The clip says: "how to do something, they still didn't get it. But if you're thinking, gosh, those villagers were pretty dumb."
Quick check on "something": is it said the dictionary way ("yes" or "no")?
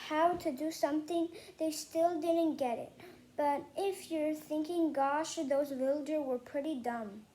yes